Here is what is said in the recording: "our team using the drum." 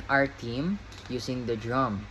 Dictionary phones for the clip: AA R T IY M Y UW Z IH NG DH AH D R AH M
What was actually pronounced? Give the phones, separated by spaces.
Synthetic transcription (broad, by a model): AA R T IY M Y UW S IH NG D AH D R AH M